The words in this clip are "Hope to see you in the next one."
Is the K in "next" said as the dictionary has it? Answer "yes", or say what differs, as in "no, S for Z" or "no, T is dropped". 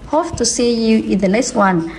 no, K is dropped